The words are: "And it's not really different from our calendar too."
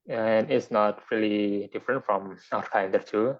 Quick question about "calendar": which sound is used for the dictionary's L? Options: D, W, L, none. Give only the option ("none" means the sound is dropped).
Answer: none